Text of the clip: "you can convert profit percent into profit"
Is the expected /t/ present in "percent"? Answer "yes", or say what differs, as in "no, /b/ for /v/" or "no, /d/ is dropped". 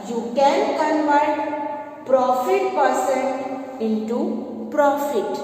no, /t/ is dropped